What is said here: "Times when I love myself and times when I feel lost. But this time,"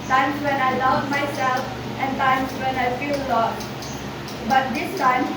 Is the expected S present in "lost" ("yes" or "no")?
no